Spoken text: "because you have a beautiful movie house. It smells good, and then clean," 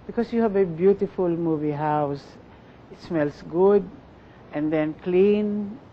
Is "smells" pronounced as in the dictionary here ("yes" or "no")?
no